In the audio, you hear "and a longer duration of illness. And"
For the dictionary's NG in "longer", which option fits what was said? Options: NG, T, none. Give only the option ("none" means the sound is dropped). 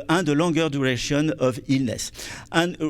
none